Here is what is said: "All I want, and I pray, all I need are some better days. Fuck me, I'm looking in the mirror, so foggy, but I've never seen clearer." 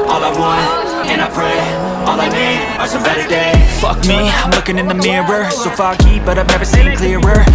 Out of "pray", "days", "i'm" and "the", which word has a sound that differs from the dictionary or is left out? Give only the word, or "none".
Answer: days